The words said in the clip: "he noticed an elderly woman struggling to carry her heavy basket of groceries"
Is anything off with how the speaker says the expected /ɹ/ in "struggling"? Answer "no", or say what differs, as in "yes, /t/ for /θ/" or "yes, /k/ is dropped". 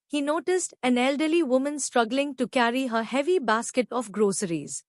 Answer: no